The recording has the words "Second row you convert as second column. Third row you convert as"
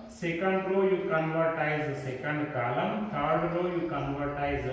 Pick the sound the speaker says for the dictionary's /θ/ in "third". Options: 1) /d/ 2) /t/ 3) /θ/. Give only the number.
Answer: 2